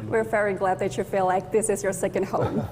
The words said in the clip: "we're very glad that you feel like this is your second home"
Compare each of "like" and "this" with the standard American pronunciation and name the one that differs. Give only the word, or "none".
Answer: none